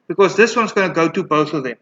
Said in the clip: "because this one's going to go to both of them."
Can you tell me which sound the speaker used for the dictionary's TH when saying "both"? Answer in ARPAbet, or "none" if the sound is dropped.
TH